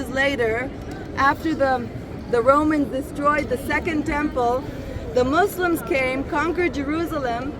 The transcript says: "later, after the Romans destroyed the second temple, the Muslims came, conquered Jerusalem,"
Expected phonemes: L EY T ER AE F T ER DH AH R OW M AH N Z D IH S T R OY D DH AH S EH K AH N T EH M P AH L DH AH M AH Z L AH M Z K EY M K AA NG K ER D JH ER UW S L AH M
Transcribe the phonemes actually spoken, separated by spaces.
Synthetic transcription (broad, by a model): L EY T ER AE F T ER DH AH R OW M AH N Z D IH S T R OY D DH AH S EH K AH N T EH M P AH L DH AH M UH S L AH M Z K EY M K AA NG K ER D JH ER UW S L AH M